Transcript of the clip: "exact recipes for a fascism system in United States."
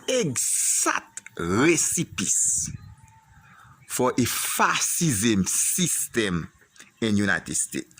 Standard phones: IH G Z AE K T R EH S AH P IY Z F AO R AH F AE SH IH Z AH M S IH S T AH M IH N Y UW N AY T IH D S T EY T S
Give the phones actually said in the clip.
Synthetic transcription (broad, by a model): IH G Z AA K T R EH S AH P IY S F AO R AH F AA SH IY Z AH M S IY S T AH M IH N Y UW N AY T IH D S T EY T S